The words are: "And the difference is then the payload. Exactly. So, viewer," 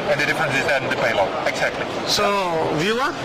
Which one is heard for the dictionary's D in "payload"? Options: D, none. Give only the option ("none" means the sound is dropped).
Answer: none